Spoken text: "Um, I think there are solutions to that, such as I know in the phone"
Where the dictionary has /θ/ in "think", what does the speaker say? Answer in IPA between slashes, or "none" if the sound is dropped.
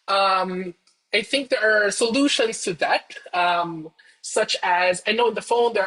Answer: /θ/